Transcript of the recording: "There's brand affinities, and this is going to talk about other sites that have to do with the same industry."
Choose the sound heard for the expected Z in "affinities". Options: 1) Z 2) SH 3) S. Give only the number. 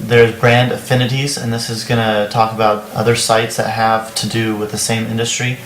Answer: 1